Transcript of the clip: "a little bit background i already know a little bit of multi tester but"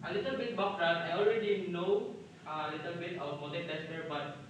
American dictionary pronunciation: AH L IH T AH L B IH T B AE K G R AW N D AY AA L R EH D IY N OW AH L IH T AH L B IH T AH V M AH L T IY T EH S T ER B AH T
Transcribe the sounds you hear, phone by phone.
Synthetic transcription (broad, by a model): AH L IH T AH L B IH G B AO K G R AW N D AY AA L R EH D IY N OW AH L IH T AH L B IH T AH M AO T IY T EH S T ER B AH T